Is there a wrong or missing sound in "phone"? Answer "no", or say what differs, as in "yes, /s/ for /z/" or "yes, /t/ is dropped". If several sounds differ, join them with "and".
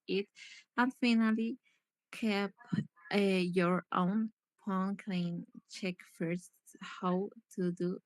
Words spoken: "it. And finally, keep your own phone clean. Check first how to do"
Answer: yes, /p/ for /f/